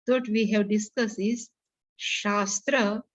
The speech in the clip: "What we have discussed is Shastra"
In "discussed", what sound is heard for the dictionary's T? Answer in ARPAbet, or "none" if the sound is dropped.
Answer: none